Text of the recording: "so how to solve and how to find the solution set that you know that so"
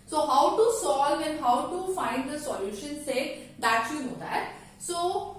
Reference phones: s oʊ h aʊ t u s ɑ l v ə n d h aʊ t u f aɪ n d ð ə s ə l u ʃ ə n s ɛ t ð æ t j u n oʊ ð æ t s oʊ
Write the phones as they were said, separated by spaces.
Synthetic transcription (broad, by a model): s oʊ h aʊ t u s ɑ l ə n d h aʊ t u f aɪ n d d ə s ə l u ʃ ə n s ɛ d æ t j u n oʊ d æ t s oʊ